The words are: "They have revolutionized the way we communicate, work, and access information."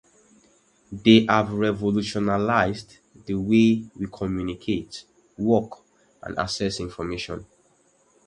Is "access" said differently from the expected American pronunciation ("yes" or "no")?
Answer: yes